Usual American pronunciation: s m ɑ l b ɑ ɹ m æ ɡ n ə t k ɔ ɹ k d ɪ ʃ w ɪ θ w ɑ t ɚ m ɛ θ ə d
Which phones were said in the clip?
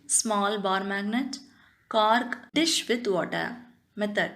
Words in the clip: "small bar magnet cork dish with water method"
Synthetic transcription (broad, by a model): s m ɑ l b ɑ ɹ m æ ɡ n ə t k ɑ ɹ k d ɪ ʃ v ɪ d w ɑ t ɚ m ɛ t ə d